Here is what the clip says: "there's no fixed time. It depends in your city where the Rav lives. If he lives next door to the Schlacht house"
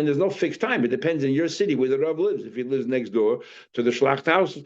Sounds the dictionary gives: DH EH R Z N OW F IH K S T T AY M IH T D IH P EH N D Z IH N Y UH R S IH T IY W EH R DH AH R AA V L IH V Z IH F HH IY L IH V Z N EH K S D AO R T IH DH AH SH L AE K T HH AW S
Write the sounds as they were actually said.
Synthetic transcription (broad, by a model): DH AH R Z N OW F IH K S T T AY M IH T D IH P EH N D Z IH N Y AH R S IH T IY W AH R DH AH R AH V L IH V Z IH F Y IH L IH V Z N EH K S D AO R T IH DH AH SH L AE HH T HH AW S